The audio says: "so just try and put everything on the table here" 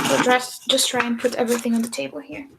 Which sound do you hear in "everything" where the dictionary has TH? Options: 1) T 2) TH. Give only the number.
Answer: 2